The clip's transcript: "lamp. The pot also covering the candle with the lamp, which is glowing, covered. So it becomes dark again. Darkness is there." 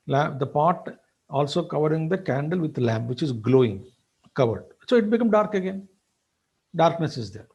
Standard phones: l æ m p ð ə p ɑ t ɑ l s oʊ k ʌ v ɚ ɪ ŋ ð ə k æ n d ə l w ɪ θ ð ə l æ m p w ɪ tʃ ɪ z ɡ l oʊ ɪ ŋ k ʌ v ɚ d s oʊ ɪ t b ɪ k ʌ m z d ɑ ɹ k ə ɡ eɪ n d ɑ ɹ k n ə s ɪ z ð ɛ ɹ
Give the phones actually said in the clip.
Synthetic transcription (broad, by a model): l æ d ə p ɑ t ɑ l s oʊ k ʌ v ɚ ɪ ŋ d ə k æ n d ə l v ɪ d l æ m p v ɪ tʃ ɪ z ɡ l oʊ ɪ ŋ k ʌ v ɚ d s oʊ ɪ t b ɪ k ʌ m d ɑ ɹ k ə ɡ eɪ n d ɑ ɹ k n ə s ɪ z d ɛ ɹ